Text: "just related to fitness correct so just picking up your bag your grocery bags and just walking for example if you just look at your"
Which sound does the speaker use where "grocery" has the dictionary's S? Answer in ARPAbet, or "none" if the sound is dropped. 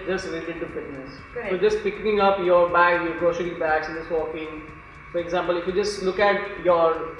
SH